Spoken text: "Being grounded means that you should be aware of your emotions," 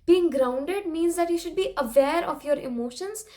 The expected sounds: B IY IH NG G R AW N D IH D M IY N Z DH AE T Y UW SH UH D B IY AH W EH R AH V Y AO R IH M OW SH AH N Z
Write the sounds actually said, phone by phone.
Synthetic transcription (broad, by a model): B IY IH NG G R AW N D IH D M IY N Z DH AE T Y UW SH UH D B IY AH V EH R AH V Y AO R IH M OW SH AH N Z